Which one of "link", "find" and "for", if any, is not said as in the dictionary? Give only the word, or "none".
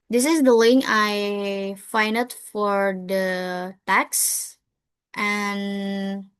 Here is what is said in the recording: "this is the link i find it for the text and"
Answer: link